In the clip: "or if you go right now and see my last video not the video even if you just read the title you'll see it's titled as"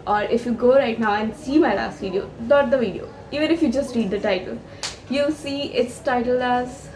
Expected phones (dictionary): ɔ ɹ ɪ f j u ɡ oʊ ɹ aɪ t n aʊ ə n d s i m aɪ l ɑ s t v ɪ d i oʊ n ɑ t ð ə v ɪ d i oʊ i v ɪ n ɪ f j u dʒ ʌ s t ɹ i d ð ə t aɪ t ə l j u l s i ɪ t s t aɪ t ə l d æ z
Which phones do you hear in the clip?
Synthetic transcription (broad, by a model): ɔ ɹ ɪ f j u ɡ oʊ ɹ aɪ t n aʊ ə n d s i m aɪ l ɑ s t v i d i oʊ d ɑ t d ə v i d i oʊ i v ɪ n ɪ f j u dʒ ʌ s t ɹ i d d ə t aɪ t ə l j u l s i ɪ t s t aɪ t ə l æ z